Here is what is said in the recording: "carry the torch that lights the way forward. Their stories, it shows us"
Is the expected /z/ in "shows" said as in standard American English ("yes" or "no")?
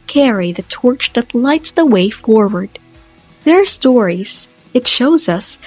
yes